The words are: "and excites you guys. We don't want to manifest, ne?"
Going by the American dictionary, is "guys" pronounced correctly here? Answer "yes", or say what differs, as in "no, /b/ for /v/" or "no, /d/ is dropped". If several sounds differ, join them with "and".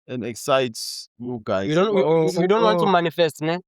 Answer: no, /z/ is dropped